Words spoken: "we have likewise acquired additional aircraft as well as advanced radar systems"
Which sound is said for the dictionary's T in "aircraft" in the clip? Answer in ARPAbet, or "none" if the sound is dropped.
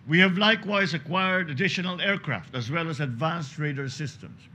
T